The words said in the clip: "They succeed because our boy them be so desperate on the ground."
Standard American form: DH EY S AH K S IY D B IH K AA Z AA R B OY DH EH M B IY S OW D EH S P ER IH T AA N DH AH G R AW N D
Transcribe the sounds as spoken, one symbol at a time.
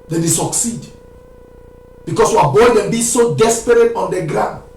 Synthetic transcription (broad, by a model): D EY S AH K S IY D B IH K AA S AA B OY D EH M B IY S OW D EH S P ER IH T AA N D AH G R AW N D